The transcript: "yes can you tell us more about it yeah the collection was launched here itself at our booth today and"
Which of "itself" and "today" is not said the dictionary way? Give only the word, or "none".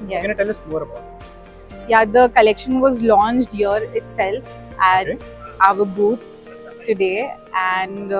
none